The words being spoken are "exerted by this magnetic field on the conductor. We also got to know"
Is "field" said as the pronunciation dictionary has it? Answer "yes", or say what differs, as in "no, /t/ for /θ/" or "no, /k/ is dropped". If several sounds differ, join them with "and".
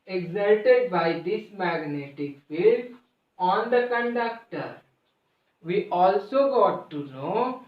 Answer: no, /d/ is dropped